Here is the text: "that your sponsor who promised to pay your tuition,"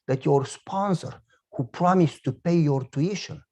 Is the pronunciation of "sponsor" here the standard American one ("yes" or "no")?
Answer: yes